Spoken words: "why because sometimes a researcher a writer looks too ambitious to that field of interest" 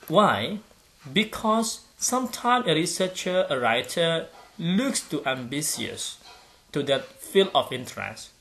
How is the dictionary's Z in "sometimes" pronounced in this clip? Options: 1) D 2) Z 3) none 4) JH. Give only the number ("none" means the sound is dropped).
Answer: 3